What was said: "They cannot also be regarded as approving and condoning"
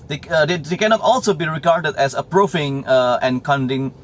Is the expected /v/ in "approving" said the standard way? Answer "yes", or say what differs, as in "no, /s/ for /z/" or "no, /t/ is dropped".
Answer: no, /f/ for /v/